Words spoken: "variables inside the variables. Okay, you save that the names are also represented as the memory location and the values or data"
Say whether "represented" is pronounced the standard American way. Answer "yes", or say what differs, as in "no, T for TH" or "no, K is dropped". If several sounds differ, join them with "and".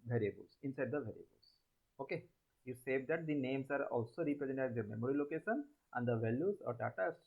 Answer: no, R is dropped and D is dropped